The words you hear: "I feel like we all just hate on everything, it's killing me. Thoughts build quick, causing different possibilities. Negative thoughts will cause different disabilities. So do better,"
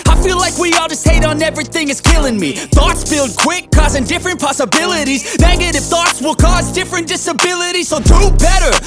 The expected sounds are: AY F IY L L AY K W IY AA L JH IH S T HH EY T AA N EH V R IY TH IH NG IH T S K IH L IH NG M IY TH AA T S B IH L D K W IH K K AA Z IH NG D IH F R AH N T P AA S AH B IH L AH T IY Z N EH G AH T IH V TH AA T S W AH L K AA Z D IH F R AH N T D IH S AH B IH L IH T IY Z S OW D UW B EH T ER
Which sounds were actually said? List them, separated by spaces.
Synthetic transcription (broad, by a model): AY F IY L L AY K W IY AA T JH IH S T EY T N EH V R IY TH IH NG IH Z K IH L IH NG M IY TH AA T S B IH L D K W IH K K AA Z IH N D IH F R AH N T P AA S AH B IH L AH T IY Z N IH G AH T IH F TH AA T S W AH L K AA Z D IH F R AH N D IH S AH B IH L IH T IY Z S OW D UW B EH T ER